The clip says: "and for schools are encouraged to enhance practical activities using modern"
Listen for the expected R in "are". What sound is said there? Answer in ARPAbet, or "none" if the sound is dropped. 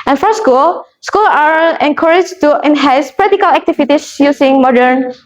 L